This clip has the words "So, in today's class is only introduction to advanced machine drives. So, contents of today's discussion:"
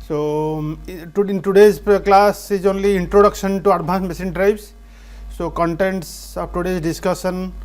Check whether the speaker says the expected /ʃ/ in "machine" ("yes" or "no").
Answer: no